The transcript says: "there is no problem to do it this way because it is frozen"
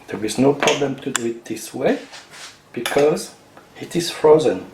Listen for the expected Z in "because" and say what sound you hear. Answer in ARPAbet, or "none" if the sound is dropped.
Z